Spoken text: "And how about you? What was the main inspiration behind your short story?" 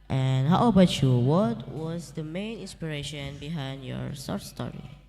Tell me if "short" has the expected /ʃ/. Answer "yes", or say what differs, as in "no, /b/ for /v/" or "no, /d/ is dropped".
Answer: no, /s/ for /ʃ/